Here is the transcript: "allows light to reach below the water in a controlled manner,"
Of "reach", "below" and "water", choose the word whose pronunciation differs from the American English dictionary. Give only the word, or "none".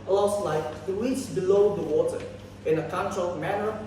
reach